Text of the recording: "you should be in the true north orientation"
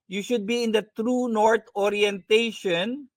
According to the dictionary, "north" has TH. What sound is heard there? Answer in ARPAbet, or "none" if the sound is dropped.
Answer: T